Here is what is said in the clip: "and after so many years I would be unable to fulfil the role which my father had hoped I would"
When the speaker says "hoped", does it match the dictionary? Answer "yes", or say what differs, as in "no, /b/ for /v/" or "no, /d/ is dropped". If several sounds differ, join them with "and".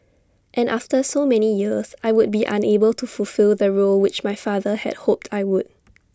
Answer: yes